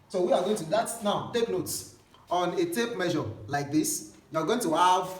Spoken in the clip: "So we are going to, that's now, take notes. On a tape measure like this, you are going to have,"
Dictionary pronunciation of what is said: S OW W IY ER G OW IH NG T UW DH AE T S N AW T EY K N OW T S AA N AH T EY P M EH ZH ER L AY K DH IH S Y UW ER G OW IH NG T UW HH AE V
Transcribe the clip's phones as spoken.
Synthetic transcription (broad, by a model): S OW W IY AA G OW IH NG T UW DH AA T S N AW T EY K N OW T S AA N AH T EY P M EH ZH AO L AY K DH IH S Y UW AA G OW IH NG T UW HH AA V